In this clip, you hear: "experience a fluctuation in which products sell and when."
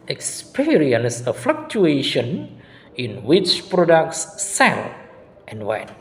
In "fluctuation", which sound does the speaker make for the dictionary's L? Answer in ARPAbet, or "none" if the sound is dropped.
L